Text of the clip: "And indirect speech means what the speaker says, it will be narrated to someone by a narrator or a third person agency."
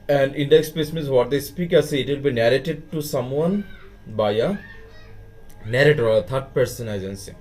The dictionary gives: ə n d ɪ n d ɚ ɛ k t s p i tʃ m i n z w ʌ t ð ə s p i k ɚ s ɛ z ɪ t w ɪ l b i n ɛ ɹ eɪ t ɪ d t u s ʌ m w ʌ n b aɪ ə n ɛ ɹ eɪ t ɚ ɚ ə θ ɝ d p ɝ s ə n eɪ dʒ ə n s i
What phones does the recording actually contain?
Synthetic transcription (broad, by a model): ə n d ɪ n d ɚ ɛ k s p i s m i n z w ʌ t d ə s p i k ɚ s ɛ ɪ t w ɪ l b i n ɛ ɹ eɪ t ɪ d t u s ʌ m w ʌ n b aɪ ə n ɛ ɹ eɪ t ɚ ɚ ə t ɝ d p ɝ s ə n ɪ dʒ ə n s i